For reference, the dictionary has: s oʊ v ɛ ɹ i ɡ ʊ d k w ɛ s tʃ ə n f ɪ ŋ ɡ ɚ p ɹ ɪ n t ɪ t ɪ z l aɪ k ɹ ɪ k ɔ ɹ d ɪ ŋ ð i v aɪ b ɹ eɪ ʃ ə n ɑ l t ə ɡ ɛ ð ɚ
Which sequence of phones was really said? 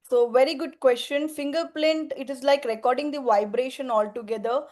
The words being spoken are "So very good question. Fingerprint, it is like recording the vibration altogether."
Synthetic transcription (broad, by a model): s oʊ v ɛ ɹ i ɡ ʊ d k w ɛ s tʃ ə n f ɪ ŋ ɡ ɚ p l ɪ n t ɪ t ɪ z l aɪ k ɹ ɪ k ɔ ɹ d ɪ ŋ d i v aɪ b ɹ eɪ ʃ ə n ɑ l t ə ɡ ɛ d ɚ